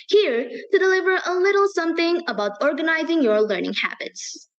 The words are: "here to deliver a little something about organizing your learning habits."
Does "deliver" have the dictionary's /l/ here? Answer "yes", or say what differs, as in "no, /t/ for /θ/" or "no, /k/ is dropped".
yes